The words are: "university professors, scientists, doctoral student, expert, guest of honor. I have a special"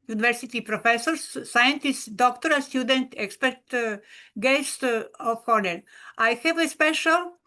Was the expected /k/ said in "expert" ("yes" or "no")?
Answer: yes